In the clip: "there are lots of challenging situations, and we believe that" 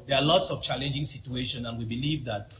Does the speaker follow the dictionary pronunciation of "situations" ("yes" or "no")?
no